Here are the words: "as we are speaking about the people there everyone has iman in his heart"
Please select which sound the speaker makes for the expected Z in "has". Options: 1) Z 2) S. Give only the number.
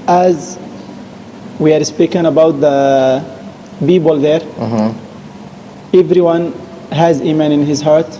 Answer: 1